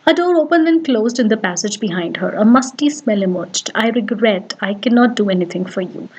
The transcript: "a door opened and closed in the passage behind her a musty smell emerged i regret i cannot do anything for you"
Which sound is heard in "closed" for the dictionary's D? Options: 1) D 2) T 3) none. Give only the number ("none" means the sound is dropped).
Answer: 1